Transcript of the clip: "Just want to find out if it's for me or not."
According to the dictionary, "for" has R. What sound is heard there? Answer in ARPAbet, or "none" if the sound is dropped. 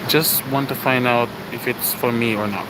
R